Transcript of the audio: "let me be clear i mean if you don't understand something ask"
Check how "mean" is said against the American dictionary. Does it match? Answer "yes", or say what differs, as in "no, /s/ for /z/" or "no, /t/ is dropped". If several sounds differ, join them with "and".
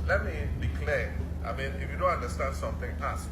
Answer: yes